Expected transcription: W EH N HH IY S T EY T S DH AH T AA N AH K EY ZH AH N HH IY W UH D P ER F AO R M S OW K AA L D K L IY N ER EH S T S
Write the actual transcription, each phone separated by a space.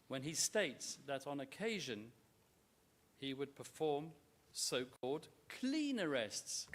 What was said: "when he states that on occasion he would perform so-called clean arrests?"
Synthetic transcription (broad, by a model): W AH N IY S T EY T S DH AH T N AH K EY ZH AH N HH IY W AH D P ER F AO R M S OW K AA L D K L IY N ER EH S T S